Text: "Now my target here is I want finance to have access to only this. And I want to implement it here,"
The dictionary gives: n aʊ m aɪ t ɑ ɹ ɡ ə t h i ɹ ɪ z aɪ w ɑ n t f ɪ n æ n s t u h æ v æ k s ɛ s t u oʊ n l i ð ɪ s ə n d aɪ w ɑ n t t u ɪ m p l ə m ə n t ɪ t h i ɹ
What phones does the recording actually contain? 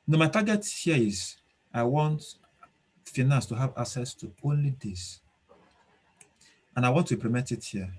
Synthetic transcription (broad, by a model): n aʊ m aɪ t ɑ ɡ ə t h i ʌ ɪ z aɪ w ɑ n t f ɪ n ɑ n s t u h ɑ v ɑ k s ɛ s t u oʊ n l i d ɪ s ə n aɪ w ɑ n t t u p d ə m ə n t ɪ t h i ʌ